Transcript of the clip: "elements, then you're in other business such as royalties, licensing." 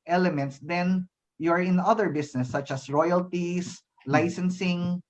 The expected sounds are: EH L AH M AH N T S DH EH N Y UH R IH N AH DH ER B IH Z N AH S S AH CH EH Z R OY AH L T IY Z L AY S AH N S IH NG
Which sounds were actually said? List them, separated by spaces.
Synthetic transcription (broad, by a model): EH L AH M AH N T S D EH N Y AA R IH N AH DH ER B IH S N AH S S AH CH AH S R OY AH L T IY S L AY S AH N S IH NG